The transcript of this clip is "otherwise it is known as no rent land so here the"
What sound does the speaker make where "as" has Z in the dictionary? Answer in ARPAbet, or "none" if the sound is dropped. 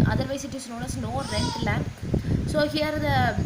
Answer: S